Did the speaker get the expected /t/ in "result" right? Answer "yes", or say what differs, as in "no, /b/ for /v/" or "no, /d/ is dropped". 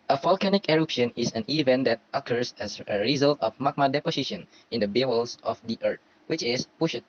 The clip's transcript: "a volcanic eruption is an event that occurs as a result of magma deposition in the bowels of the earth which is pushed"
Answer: yes